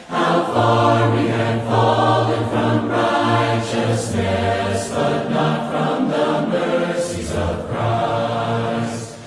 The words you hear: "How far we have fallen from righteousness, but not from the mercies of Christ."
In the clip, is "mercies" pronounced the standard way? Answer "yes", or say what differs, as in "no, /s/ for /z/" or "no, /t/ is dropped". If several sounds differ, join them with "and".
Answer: yes